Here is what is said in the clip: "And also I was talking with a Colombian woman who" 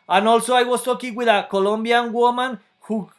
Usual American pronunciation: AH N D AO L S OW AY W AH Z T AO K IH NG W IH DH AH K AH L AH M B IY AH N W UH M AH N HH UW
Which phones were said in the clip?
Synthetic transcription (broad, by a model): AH N AO L S OW AY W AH S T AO K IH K W IH DH AH K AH L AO M B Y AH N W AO M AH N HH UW